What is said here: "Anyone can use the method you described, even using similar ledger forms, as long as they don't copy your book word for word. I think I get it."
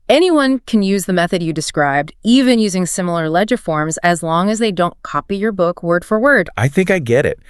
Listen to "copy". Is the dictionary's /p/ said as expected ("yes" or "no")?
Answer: yes